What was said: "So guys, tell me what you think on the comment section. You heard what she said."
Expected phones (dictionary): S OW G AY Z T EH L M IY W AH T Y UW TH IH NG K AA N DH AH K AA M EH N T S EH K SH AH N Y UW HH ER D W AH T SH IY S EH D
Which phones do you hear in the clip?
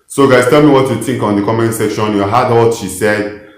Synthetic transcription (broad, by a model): S OW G AY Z T EH L M IY W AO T Y UW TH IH NG K AA N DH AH K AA M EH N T S EH K SH AH N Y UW HH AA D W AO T SH IY S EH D